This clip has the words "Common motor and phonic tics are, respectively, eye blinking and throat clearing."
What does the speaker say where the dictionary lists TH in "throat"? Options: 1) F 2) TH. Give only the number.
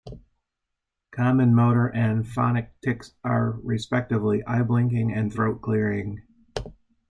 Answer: 2